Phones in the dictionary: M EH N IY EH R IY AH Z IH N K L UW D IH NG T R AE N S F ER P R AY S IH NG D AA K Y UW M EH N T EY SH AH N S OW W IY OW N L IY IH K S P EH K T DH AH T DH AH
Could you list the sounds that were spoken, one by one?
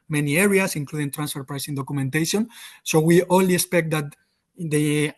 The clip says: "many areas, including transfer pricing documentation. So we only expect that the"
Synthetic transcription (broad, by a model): M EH N IY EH R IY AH S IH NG K L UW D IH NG T R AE N S F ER P R AY S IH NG D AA K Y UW M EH N T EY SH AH N S OW W IY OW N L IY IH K S P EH K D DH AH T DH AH